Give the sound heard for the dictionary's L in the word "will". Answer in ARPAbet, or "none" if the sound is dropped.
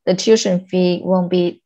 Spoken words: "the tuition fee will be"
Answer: N